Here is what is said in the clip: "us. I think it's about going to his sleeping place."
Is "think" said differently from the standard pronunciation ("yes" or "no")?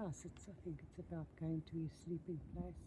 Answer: no